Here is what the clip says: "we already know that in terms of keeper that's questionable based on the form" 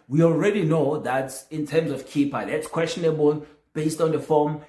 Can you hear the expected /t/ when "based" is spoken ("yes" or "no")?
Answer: yes